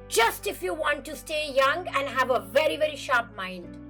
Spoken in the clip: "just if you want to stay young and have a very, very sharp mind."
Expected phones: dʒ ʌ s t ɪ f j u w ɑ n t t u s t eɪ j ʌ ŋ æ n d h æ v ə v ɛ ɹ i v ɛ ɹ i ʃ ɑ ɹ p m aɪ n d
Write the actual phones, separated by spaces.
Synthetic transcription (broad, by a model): dʒ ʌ s t ɪ f j u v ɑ n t t u s t eɪ j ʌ ŋ æ n d h æ v ə v ɛ ɹ i v ɛ ɹ i ʃ ɑ ɹ p m aɪ n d